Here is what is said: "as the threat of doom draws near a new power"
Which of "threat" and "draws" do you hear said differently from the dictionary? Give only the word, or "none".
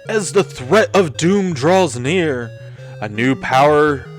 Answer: none